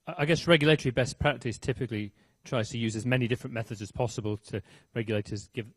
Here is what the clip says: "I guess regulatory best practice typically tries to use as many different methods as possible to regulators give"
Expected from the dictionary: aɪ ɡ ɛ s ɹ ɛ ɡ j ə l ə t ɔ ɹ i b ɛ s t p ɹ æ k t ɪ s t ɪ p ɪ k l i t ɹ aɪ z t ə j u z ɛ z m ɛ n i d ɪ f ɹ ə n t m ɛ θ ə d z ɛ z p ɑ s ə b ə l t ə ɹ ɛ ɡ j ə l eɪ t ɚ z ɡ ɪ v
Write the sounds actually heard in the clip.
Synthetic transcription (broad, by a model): aɪ ɡ ɛ s ɹ ɛ ɡ j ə l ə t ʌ ɹ i b ɛ s p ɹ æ k t ɪ s t ɪ p ɪ k l i t ɹ aɪ z t ə j u z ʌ z m ɛ n i d ɪ f ɹ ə n m ɛ θ ə d z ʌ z p ɑ s ə b ə l t ə ɹ ɛ ɡ j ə l eɪ t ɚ z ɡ ɪ v